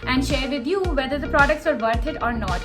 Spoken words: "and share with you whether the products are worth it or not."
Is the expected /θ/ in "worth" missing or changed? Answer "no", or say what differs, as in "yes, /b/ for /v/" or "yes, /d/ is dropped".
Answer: yes, /t/ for /θ/